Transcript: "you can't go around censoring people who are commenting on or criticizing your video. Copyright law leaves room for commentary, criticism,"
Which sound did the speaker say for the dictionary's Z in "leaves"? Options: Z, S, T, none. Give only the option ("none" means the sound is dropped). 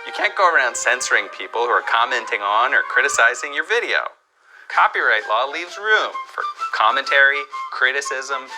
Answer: Z